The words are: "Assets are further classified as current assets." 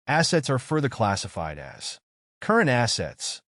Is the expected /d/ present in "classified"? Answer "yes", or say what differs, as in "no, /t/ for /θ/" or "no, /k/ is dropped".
yes